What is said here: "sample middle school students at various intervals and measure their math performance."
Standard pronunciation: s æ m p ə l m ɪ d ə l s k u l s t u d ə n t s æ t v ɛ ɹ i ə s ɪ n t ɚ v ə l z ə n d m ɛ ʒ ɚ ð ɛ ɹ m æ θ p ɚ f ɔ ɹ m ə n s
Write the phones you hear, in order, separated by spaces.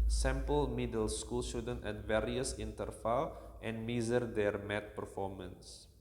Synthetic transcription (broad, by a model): s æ m p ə l m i d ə l s k u l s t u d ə n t ɛ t v ɛ ɹ i ə s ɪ n t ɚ f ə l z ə n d m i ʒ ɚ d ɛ ɹ m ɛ t p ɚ f ɔ m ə n s